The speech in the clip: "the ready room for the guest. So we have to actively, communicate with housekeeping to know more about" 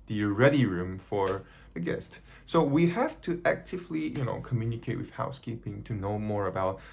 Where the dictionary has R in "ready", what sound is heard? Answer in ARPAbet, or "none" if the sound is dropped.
R